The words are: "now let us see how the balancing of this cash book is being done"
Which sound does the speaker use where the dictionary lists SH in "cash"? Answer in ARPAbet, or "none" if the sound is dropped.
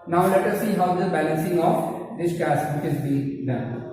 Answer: S